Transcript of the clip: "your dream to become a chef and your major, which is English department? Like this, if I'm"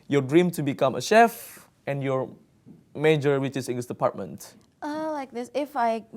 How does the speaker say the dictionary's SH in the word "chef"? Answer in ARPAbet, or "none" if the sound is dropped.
SH